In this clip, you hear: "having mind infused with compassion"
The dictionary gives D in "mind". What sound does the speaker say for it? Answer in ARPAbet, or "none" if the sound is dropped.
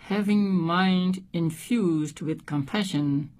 D